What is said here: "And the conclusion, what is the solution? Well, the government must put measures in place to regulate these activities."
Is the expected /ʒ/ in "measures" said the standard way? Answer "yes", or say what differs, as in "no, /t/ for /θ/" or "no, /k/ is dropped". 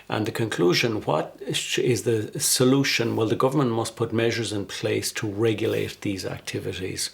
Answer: yes